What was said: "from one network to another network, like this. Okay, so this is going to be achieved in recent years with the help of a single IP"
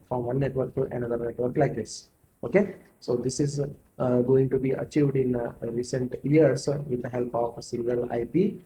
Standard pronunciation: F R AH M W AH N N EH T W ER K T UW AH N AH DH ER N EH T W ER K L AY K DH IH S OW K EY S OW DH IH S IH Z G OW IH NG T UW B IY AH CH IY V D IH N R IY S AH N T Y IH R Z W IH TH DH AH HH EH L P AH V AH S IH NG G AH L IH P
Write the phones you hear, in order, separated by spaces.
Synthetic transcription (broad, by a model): F R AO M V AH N N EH T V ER K T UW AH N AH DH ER N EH T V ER K L AY K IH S OW K EY S OW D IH S IH Z G OW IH NG T UW B IY AH CH IY V D IH N R IY S AH N T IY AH R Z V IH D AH HH EH L P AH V S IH NG G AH L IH P